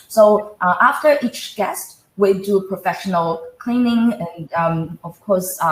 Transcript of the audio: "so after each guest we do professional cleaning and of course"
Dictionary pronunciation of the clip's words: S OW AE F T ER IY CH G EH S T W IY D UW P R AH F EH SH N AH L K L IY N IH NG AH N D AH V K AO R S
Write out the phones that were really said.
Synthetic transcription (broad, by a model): S OW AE F T ER IY CH G EH S T W IY D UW P R AH F EH SH N AH L K L IY N IH NG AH N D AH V K AO R S